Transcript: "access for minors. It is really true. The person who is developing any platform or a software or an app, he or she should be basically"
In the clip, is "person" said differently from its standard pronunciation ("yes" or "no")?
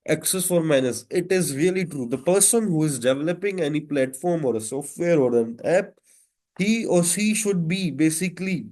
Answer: no